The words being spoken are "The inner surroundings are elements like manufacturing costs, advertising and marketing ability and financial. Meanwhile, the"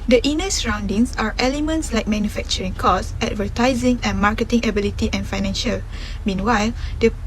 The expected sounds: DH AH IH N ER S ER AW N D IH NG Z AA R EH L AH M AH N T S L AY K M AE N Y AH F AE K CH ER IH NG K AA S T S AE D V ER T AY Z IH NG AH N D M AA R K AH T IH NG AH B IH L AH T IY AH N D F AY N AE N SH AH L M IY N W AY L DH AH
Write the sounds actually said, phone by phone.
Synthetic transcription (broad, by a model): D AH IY N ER S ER AW N D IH NG S AA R EH L AH M AH N T S L AY K M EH N Y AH F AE K CH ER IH NG K AA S S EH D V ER T AY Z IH NG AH N M AA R K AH T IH NG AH B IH L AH T IY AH N F AY N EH N SH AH L M IY N W AY L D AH